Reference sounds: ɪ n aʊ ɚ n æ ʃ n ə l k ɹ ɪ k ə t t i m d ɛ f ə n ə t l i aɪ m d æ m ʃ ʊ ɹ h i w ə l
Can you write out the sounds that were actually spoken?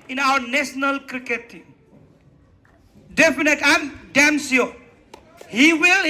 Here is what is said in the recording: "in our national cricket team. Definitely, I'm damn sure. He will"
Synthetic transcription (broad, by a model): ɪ n aʊ ɚ n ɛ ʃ n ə l k ɹ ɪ k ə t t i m d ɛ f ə n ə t i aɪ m d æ m s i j h i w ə l